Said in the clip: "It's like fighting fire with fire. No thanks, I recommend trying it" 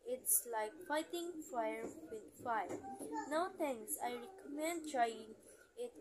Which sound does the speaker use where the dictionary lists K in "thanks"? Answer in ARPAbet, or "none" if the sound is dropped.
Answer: none